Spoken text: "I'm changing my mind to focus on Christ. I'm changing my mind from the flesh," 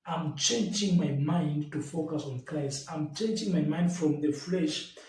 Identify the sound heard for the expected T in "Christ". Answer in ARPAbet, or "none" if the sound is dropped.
none